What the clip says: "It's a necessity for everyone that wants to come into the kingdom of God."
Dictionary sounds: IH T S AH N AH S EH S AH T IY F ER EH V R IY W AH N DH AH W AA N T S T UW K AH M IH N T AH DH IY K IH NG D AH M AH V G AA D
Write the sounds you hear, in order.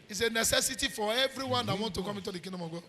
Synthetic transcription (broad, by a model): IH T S AH N AH S EH S AH T IY F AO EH V R IY W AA N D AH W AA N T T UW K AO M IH T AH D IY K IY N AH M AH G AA